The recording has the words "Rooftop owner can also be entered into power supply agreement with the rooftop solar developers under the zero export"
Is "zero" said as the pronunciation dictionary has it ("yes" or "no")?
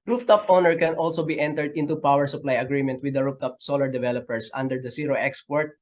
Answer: no